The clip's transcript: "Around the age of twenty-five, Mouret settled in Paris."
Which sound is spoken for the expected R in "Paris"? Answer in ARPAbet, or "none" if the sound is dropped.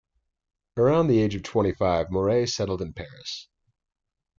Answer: R